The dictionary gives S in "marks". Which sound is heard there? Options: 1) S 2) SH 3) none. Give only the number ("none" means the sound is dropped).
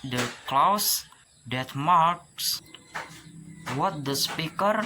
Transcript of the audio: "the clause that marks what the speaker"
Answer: 1